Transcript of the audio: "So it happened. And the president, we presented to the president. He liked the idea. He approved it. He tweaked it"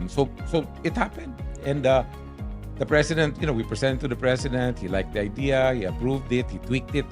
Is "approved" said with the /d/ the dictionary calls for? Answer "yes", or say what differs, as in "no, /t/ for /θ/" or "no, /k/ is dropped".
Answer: yes